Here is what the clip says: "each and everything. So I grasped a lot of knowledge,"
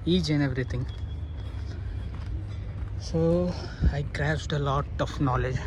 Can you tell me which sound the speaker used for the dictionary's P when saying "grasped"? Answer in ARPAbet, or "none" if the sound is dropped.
none